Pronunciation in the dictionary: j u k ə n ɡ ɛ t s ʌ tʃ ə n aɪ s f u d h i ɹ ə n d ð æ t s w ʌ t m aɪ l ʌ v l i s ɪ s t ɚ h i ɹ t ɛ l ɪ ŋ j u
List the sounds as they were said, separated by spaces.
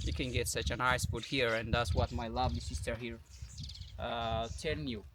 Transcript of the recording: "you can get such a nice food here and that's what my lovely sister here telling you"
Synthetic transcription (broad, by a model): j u k ə n ɡ ɛ t s ʌ tʃ ə n aɪ s p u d h i ɹ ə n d ð æ t s w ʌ t m aɪ l ʌ v l i s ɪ s t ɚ h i ɹ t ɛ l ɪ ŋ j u